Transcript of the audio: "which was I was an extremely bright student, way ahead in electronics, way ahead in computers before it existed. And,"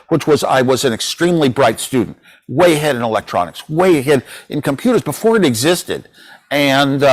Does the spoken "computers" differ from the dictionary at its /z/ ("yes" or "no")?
no